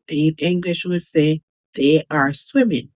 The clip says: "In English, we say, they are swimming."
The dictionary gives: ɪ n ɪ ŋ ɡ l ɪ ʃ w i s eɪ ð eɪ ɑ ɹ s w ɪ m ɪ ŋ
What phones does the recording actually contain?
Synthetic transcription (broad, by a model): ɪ ɪ ŋ ɡ l ɪ ʃ w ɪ s eɪ ð eɪ ɑ ɹ s w ɪ m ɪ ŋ